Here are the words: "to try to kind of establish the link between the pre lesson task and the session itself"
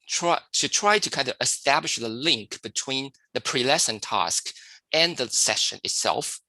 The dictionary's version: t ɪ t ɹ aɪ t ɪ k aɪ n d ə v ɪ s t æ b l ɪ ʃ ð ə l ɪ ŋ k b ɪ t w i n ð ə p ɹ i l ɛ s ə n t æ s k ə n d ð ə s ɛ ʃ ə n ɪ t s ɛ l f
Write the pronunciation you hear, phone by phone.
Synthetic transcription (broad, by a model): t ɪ t ɹ aɪ t ɪ k aɪ n d ə v ɪ s t æ b l ɪ ʃ ð ə l ɪ ŋ k b ɪ t w i n ð ə p ɹ i l ɛ s ə n t æ s k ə n ð ə s ɛ ʃ ə n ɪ t s ɛ l f